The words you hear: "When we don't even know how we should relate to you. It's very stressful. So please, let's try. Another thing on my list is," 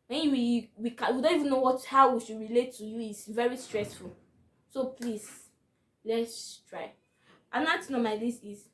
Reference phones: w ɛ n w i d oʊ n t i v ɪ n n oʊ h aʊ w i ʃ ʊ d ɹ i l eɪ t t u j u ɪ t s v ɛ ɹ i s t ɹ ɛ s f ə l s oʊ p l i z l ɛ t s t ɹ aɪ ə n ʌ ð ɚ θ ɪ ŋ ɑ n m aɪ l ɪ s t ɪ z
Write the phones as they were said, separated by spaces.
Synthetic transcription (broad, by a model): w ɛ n w i d oʊ n t i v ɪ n n oʊ h aʊ w i ʃ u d ɹ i l eɪ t t u j u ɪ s v ɛ ɹ i s t ɹ ɛ s f ə l s oʊ p l i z l ɛ t s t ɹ aɪ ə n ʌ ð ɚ t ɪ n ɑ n m aɪ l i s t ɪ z